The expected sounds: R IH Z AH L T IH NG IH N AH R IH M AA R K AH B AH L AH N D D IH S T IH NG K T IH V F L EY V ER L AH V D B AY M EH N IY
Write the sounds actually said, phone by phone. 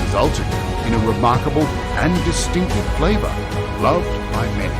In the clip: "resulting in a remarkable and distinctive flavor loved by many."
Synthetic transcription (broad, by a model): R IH Z AH L T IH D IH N AH R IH M AA R K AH B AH L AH N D D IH S T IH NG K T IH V F L EY V ER L AH V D B AY M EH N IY